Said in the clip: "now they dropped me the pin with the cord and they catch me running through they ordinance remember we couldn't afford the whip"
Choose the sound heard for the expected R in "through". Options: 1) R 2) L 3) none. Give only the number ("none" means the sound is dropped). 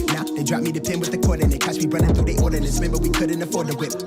3